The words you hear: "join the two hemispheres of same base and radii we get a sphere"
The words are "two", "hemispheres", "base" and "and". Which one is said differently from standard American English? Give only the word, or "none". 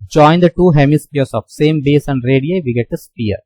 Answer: hemispheres